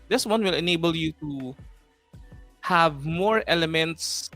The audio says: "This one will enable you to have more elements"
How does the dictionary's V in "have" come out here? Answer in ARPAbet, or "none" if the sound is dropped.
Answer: V